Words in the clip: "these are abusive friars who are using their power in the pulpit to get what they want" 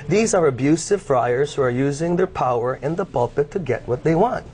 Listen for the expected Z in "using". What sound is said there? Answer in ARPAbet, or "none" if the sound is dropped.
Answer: Z